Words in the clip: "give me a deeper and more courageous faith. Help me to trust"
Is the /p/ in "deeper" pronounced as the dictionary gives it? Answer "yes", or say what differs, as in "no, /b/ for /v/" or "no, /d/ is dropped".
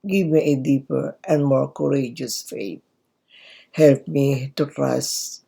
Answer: yes